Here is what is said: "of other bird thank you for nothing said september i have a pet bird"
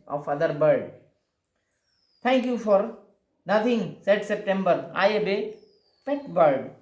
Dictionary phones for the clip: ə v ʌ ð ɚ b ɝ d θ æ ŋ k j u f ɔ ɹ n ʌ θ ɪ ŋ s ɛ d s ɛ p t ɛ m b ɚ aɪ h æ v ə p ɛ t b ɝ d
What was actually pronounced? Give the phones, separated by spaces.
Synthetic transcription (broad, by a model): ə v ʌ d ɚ b ɝ d t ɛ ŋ k j u f ɔ ɹ n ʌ t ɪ ŋ s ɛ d s ɛ p t ɛ m b ɚ aɪ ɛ b ə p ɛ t b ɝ d